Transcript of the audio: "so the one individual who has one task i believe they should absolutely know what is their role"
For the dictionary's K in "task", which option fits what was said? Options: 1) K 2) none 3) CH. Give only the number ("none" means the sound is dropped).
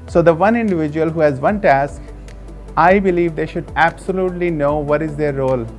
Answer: 1